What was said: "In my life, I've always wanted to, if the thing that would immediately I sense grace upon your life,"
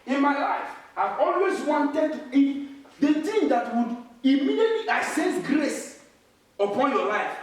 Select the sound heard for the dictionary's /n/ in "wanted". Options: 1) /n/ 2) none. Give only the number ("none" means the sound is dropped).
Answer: 1